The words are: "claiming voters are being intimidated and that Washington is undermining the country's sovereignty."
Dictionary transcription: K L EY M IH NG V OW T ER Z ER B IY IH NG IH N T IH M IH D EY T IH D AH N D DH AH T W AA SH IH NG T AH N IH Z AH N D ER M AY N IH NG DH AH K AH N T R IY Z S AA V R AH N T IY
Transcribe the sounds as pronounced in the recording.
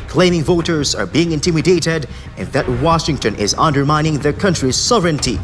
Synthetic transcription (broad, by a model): K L EY M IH NG V OW T ER Z ER B IY IH NG IH N T IH M IH D EY T IH D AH N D DH AH T W AA SH IH NG T AH N IH Z AH N D ER M AY N IH NG DH AH K AH N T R IY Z S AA V R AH N T IY